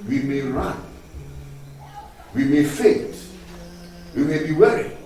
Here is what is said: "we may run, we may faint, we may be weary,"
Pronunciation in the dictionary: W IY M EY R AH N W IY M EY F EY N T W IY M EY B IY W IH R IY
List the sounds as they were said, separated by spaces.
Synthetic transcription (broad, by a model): W IY M EY R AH N W IY M EY F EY T W IY M EY B IY W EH R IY